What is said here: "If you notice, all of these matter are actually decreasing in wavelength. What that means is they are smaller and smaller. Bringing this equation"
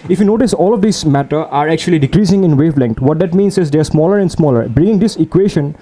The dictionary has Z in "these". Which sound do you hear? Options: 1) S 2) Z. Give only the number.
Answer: 1